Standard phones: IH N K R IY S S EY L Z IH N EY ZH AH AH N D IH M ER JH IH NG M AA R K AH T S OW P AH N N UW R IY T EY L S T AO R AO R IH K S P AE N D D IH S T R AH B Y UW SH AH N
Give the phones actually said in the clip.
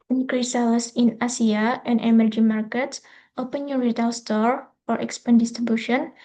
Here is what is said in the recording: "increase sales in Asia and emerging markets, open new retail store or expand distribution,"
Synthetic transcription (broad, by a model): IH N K R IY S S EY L S IH N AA S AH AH N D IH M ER JH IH M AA R K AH T S OW P AH N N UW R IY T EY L S T AO R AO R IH K S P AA N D D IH S T R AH B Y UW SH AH N